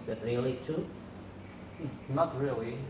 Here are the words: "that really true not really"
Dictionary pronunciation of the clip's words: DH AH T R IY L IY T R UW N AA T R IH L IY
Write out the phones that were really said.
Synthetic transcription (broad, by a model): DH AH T R IY L IY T UW N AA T R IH L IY